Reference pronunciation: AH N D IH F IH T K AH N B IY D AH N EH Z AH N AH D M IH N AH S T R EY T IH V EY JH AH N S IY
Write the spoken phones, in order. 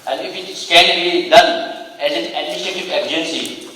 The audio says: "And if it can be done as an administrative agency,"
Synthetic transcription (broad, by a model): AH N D IH F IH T K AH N B IY D AH N EH Z AH N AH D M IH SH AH T IH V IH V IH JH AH N S IY